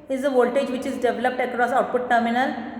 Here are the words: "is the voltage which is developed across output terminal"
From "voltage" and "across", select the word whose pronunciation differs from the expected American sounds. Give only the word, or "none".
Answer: none